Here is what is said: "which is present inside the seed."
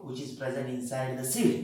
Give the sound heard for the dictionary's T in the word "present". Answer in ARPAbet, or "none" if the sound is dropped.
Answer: none